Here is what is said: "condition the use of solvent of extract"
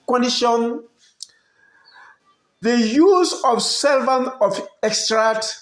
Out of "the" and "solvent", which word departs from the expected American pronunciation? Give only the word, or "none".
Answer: solvent